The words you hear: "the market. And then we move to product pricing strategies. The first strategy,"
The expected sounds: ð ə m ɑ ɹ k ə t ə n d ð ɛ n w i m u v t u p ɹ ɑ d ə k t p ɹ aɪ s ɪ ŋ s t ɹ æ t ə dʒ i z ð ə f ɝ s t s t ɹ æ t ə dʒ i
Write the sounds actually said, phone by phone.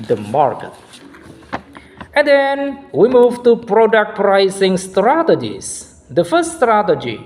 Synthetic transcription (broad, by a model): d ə m ɑ ɹ k ə t ə n d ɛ n w i m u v t u p ɹ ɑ d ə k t p ɹ aɪ s ɪ ŋ s t ɹ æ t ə dʒ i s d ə f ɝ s s t ɹ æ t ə dʒ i